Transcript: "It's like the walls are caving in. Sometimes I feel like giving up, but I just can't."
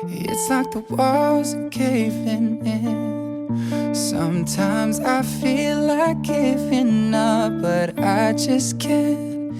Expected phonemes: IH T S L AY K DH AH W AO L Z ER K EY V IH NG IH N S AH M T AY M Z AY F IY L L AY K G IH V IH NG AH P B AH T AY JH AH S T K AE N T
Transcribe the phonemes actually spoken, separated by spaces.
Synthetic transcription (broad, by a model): IH T S L AY K DH AH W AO Z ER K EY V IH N IH N S AH M T AY M Z AY F IY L L AY K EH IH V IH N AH B AH T AY JH AH S K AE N